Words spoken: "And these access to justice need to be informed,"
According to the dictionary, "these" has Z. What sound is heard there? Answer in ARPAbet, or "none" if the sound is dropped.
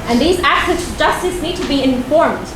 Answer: Z